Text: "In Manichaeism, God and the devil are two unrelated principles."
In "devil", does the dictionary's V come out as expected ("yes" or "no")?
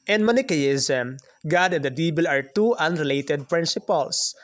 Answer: no